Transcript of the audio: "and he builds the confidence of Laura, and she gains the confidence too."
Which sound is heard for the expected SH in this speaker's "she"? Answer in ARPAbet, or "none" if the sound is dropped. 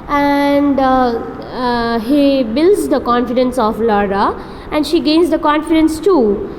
SH